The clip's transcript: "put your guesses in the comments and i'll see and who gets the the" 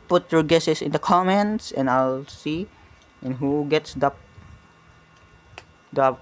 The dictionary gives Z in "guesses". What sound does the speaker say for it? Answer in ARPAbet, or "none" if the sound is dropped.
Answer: S